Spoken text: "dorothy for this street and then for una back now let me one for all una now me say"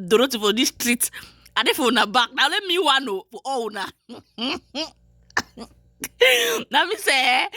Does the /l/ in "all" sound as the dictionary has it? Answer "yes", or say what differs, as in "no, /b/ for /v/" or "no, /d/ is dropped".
no, /w/ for /l/